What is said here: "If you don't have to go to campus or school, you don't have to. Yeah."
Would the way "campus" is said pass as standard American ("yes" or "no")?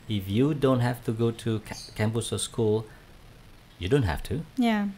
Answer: no